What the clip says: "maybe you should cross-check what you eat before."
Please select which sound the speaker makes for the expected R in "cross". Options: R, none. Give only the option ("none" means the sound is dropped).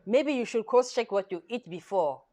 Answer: none